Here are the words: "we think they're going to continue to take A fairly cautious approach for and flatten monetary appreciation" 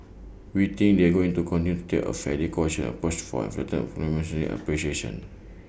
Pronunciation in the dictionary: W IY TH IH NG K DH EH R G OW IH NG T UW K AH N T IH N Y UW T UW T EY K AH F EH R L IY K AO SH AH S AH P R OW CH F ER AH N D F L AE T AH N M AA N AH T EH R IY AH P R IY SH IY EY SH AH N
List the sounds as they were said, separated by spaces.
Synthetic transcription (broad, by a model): W IY T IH NG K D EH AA G OW IH NG T UW K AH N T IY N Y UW T UW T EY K AH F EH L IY K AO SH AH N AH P OW S F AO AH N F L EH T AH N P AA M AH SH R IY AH P R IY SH IY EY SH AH N